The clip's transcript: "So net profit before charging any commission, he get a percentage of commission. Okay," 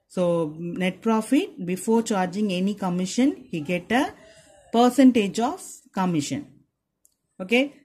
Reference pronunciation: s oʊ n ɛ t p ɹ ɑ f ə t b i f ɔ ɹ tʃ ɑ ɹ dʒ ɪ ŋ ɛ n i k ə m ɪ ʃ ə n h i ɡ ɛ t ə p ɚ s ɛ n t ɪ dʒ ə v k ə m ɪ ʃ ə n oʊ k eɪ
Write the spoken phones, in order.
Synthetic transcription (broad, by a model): s oʊ n ɛ t p ɹ ɑ f ə t b i f ɔ ɹ tʃ ɑ ɹ dʒ ɪ ŋ ɛ n i k ə m ɪ ʃ ə n h i ɡ ɛ t ə p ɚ s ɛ n t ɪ dʒ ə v k ə m ɪ ʃ ə n oʊ k eɪ